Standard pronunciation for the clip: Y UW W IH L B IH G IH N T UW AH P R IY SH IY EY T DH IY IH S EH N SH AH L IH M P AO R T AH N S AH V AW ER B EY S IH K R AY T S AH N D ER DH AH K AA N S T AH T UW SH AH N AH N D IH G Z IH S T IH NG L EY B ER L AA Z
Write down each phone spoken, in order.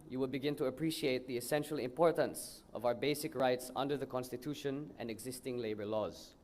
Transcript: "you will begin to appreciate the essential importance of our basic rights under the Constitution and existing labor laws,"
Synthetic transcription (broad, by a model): Y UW W IH L B IH G IH N T UW AH P R IY SH IY EY T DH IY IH S EH N SH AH L IH M P AO R T AH N S AH V AW ER B EY S IH K R AY T S AH N D ER DH AH K AA N S T AH T UW SH AH N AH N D IH G Z IH S T IH NG L EY B ER L AA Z